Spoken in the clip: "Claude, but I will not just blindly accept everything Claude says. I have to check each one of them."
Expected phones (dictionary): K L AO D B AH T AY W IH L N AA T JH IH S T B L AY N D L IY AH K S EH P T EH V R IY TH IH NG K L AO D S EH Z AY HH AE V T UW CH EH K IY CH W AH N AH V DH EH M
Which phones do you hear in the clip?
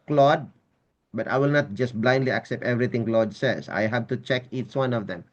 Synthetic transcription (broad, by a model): K L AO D B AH T AY W IH L N AA T JH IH S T B L AY N D L IY AH K S EH P T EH V R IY T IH NG K L AO D S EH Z AY HH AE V T UW CH EH K IY CH W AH N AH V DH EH M